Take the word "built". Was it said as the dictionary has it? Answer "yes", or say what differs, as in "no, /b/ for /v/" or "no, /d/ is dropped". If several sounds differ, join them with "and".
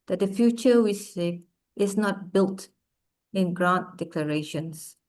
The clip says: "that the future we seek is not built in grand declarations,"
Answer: yes